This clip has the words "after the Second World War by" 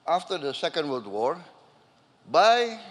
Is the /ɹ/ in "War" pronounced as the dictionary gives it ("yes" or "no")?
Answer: yes